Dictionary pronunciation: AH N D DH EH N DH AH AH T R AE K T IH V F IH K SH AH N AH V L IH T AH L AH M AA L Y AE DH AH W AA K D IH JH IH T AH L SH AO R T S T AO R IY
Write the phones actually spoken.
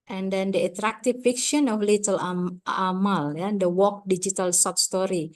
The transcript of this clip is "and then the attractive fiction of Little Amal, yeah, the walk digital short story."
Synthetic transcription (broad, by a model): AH N D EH N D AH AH T R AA K T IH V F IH K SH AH N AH F L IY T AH L AH M AA L Y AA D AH W AA K D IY JH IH T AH L S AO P S T AO R IY